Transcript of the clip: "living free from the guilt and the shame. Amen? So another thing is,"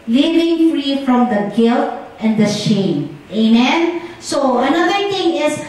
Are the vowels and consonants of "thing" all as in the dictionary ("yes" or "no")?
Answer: no